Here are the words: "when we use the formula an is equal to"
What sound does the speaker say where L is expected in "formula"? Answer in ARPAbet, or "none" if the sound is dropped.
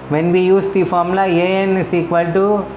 none